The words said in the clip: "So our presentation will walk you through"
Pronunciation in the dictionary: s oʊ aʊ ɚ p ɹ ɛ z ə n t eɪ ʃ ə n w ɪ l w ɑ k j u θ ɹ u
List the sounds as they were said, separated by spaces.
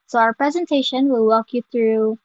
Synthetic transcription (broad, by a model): s oʊ aʊ ɚ p ɹ ɛ z ə n t eɪ ʃ ə n w ɪ l w ɑ k j u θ ɹ u